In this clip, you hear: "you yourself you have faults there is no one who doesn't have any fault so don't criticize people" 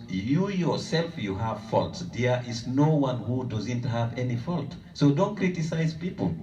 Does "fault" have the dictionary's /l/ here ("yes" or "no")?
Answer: yes